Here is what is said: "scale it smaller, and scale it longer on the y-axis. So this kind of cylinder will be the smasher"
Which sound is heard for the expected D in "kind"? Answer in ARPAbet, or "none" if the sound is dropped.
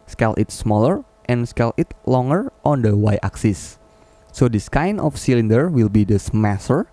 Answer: none